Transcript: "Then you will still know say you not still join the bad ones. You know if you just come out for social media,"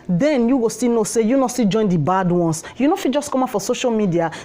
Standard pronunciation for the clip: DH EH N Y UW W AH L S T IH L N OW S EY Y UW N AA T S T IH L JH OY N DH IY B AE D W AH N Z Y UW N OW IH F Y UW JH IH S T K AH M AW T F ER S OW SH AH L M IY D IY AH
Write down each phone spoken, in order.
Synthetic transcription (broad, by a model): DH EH N Y UW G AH S T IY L N OW S EY Y UW N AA S T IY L JH OY N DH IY B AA D W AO N S Y UW N OW F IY JH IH S K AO M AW F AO S OW SH AH L M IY D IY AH